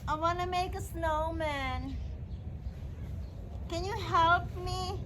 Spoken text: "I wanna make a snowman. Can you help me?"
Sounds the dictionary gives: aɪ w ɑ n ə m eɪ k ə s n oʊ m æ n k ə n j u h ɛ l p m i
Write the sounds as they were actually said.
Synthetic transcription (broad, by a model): aɪ w ɑ n ə m eɪ k ə s n oʊ m æ n k ə n j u h ɛ l p m i